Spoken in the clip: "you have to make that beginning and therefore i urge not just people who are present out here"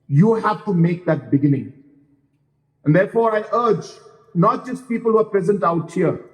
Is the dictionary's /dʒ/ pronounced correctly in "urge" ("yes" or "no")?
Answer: yes